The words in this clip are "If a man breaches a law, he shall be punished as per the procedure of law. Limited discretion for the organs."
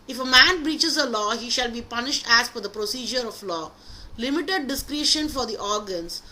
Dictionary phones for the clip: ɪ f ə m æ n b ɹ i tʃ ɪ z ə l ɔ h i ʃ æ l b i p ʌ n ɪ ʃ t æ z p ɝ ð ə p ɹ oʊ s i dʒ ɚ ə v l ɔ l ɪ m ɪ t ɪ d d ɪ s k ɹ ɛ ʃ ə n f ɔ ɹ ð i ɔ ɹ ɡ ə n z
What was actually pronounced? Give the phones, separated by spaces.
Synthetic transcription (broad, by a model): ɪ f ə m æ n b ɹ i tʃ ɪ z ə l ɔ h i ʃ æ l b i p ʌ n ɪ ʃ t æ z f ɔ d ə p ɹ oʊ s i dʒ ɚ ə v l ɔ l ɪ m ɪ t ɪ d d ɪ s k ɹ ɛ ʃ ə n f ɔ ɹ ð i ɔ ɹ ɡ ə n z